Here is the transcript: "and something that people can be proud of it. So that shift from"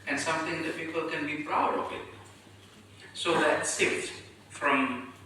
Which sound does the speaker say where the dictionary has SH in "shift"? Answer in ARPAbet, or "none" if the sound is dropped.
S